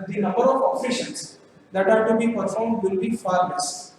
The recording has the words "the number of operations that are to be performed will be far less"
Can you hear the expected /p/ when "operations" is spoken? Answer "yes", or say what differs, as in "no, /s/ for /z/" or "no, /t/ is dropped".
no, /f/ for /p/